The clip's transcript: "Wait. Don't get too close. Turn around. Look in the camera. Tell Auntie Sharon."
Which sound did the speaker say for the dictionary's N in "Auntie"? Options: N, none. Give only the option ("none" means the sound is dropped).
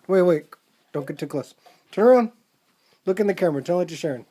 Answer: none